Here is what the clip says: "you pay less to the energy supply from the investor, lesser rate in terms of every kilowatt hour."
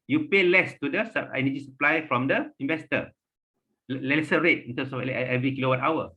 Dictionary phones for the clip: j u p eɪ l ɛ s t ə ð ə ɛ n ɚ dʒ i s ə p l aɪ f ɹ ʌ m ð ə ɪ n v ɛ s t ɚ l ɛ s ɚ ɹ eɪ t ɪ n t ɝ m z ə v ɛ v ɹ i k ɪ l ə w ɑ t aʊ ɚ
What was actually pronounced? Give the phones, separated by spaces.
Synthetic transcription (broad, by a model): j u p eɪ l ɛ s t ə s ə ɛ n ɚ dʒ i s ə p l aɪ f ɹ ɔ m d ə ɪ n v ɛ s t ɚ l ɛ s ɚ ɹ eɪ t ɪ n t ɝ m s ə f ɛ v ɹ i k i l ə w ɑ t aʊ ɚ